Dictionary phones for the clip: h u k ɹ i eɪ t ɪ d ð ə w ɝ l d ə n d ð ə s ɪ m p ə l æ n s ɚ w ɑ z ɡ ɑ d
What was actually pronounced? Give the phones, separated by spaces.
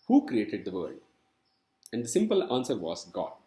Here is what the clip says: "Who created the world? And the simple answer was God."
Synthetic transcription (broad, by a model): h u k ɹ i eɪ t ɪ d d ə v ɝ d ə n d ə s ɪ m p ə l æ n s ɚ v ɑ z ɡ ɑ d